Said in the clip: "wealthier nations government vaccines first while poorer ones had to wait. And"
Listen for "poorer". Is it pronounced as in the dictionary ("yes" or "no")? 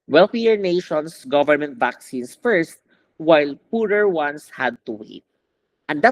yes